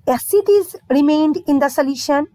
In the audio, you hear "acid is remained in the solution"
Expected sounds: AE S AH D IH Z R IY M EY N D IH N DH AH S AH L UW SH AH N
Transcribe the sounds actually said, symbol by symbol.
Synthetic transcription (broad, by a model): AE S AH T IH Z R IY M EY N D IH N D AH S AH L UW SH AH N